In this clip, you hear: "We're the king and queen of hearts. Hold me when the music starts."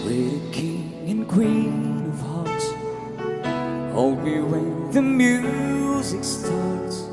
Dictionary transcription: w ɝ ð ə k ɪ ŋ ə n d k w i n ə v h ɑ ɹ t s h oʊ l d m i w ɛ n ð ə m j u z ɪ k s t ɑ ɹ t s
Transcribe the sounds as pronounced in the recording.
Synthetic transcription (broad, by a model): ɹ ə k ɪ ŋ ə n k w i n ə v h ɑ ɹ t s h oʊ l d m i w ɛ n ð ə m j u z ɪ k s t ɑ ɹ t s